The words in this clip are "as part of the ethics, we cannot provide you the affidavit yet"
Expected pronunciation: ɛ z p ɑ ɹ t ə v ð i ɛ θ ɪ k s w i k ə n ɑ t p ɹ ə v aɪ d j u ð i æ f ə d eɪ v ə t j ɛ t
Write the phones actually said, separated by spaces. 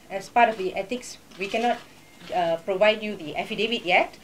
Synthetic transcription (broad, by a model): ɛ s p ɑ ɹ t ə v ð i ɛ t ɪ k s w i k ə n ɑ t p ɹ ə v aɪ d j u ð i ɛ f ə d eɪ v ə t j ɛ t